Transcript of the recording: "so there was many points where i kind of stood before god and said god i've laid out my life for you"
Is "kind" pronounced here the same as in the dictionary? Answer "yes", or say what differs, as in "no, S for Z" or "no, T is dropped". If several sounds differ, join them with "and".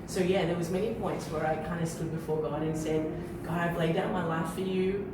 yes